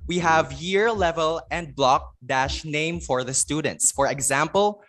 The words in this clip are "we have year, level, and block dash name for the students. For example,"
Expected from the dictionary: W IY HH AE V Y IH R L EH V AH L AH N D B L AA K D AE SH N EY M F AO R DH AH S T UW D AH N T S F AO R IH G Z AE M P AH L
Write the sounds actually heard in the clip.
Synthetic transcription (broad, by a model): W IY HH AE V Y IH R L EH V AH L AH N D B L AA K D AE SH N EY M F AO R DH AH S T UW D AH N T S F AO R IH G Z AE M P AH L